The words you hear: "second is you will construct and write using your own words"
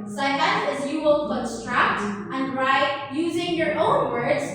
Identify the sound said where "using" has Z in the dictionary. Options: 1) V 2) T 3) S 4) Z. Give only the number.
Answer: 4